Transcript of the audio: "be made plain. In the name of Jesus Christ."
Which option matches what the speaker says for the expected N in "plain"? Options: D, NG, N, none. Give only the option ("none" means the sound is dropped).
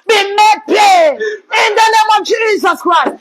none